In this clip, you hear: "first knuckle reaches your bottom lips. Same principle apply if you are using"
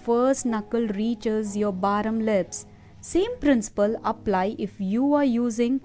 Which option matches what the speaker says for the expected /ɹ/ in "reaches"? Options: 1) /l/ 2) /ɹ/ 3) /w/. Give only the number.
2